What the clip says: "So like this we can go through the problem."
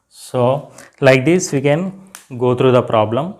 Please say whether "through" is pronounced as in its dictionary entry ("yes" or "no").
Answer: no